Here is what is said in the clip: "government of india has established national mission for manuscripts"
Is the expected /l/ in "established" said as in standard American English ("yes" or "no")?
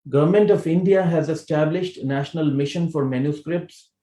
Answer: yes